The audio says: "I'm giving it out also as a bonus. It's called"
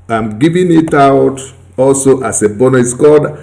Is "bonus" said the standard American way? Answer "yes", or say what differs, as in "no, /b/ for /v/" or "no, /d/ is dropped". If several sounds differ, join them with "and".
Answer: no, /s/ is dropped